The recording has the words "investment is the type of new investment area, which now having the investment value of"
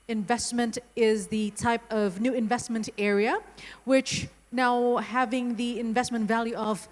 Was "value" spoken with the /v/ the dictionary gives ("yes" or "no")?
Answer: yes